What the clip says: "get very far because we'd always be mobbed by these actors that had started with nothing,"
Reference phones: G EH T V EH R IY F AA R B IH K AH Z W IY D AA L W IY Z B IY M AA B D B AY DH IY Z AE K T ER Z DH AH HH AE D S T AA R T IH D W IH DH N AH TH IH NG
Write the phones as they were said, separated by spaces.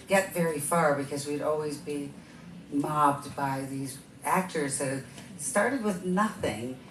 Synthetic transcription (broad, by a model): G EH T V EH R IY F AA R B IH K AH Z W IY D AA L W IY Z B IY M AA B D B AY DH IY Z AE K T ER Z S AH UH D S T AA R T IH D W IH DH N AH TH IH NG